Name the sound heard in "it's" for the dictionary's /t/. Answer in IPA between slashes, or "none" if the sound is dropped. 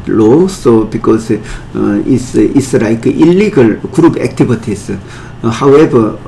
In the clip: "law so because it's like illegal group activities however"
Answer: /s/